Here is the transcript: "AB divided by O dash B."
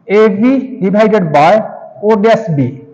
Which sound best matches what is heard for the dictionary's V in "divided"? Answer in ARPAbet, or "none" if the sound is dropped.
B